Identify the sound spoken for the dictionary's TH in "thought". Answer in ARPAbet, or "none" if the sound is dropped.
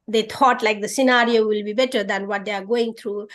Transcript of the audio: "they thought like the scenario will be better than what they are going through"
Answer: T